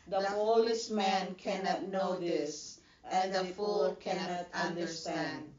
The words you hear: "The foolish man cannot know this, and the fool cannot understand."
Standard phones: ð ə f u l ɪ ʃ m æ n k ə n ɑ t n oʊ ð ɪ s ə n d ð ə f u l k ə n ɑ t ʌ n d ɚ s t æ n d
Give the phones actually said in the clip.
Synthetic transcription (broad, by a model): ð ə p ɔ l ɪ s m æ n k ə n ɑ t n oʊ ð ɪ s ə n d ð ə f u l k ə n ɑ t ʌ n d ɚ s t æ n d